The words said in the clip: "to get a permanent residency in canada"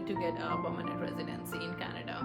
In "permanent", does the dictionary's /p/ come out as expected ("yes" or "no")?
no